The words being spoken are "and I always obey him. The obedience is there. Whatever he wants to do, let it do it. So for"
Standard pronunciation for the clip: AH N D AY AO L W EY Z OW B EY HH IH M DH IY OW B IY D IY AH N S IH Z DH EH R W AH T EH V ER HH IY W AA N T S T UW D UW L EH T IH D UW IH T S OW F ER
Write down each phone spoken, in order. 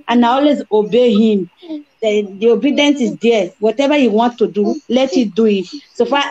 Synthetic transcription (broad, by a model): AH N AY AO L W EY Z OW B EY HH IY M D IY OW B IY D IY AH N S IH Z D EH W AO T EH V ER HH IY W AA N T T UW D UW L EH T IH D UW IH T S OW F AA